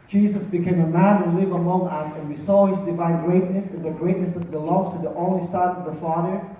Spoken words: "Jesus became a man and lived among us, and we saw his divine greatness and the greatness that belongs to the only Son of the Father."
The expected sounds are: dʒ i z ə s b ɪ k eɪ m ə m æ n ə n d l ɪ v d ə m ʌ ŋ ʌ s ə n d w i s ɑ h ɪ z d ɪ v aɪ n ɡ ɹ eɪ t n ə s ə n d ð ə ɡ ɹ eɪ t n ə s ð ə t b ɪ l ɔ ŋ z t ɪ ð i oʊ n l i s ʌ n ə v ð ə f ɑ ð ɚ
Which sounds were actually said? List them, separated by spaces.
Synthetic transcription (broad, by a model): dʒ i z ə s b ɪ k eɪ m ə m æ n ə l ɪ v ə m ʌ ŋ ʌ s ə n w i s ɑ h ɪ z d ɪ v aɪ n ɡ ɹ eɪ t n ə s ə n ð ə ɡ ɹ eɪ t n ə s ð ə t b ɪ l ɔ ŋ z t ɪ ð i oʊ n l i s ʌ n ə v ð ə f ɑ ð ɚ